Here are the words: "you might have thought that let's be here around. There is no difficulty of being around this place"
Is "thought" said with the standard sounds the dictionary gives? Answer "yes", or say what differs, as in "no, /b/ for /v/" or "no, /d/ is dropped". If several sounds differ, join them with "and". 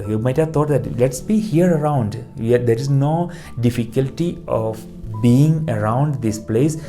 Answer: no, /t/ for /θ/